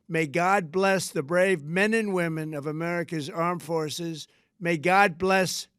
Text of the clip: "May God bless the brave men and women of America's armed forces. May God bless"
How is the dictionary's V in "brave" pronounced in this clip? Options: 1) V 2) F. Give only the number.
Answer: 1